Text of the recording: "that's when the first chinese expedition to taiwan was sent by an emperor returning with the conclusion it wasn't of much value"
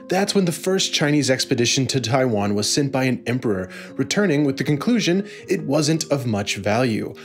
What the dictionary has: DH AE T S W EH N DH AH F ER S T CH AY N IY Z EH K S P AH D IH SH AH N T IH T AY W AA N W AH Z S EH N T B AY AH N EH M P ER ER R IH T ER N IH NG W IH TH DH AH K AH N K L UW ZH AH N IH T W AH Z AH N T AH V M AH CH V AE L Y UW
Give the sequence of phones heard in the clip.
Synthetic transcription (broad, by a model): DH AE T S W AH N DH AH F ER S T CH AY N IY Z EH K S P AH D IH SH AH N T IH T AY W AA N W AH Z S EH N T B AY AH N EH M P ER ER R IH T ER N IH NG W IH DH AH K AH N K L UW ZH AH N IH T W AH Z AH N T AH V M AH CH V AE L Y UW